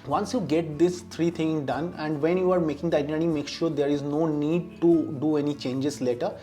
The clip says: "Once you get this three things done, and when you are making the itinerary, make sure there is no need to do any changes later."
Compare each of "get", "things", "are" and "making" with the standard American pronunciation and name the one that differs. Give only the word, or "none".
things